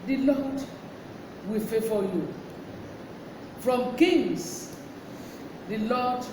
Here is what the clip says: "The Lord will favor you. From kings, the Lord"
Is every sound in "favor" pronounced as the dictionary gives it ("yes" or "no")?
no